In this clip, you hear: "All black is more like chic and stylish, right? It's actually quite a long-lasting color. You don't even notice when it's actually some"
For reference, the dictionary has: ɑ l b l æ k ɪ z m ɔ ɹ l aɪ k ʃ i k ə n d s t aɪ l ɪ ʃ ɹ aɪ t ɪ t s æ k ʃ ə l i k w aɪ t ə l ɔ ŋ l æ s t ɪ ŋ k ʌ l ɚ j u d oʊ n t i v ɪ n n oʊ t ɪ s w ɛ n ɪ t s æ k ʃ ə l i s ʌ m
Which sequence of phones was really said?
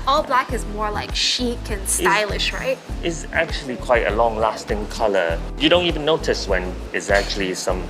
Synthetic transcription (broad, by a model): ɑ l b l æ k ɪ z m ɔ ɹ l aɪ k ʃ i k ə n s aɪ l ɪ ʃ ɹ aɪ t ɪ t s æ k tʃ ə l i k w aɪ t ə l ɔ ŋ l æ s t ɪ ŋ k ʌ l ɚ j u d oʊ n t i v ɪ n n oʊ t ɪ s w ɛ n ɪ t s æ k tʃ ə l i s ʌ m